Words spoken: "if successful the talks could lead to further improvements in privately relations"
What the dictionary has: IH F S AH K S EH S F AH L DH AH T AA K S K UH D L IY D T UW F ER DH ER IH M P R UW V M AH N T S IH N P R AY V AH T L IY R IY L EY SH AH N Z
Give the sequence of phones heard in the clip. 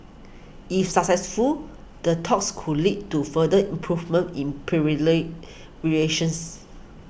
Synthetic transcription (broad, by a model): IH F S AH K S EH S F AH L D AH T AA K S K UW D L IY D T UW F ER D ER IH M P R UW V M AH N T IH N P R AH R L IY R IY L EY SH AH N S